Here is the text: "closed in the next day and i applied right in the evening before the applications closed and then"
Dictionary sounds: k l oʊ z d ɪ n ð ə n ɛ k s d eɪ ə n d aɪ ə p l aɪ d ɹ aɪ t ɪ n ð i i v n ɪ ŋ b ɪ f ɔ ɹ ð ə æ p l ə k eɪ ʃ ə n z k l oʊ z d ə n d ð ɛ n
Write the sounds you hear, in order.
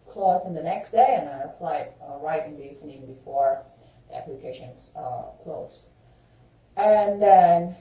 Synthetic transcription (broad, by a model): k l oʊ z ɪ n ð ə n ɛ k s d eɪ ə n aɪ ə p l aɪ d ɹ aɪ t ɪ n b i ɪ n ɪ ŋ b ɪ f ɔ ɹ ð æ p l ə k eɪ ʃ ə n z k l oʊ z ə n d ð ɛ n